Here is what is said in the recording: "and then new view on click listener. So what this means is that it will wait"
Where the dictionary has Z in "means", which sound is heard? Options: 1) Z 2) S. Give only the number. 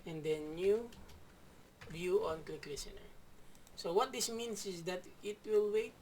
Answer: 2